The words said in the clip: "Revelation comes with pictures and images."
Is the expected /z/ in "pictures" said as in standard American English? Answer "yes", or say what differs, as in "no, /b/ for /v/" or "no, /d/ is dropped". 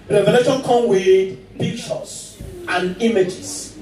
no, /s/ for /z/